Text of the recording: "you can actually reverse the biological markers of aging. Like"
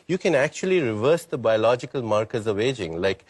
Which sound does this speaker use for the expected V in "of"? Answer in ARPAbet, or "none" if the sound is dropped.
V